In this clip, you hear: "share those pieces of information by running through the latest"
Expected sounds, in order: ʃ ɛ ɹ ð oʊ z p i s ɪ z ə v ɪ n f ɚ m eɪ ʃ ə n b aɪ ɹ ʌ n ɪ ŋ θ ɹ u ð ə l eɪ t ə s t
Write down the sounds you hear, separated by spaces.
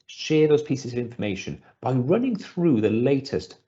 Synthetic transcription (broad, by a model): ʃ ɛ ð oʊ z p i s ɪ z ə v ɪ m f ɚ m eɪ ʃ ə n b aɪ ɹ ʌ n ɪ ŋ θ ɹ u ð ə l eɪ t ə s t